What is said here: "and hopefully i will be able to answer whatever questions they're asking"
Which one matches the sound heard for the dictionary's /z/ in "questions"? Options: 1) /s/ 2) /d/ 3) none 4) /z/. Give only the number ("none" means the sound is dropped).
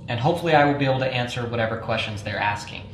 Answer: 4